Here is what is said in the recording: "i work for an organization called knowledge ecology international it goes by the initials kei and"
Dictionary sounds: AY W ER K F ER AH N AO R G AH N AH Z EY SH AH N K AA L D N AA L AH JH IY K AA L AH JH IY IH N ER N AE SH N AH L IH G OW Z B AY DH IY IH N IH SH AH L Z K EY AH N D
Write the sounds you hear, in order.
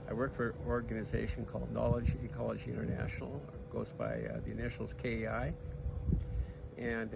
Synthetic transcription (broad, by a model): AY W ER K F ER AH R AO R G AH N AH Z EY SH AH N K AA L D N AA L AH JH IY K AA L AH JH IY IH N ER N AE SH N L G OW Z B AY DH IY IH N IH SH L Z K EY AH N